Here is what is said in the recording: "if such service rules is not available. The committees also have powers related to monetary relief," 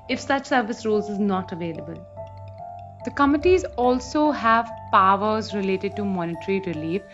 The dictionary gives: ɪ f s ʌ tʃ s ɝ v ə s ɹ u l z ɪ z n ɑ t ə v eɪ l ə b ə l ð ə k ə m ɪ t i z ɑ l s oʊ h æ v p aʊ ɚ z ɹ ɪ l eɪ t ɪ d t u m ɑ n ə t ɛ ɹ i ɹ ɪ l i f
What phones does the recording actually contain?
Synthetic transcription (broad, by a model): ɪ f s ʌ tʃ s ɝ v ə s ɹ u l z ɪ z n ɑ t ə v eɪ l ə b ə l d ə k ə m ɪ t i z ɑ l s oʊ h æ v p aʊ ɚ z ɹ ɪ l eɪ t ɪ d t u m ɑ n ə t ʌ ɹ i ɹ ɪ l i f